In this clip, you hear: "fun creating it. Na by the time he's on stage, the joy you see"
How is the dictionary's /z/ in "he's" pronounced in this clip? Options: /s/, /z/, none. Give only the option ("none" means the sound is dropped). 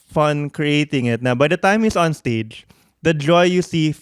/s/